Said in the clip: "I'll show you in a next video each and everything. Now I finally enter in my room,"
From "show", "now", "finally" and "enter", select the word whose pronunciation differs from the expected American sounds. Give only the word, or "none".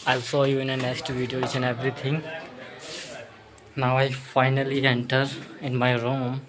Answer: show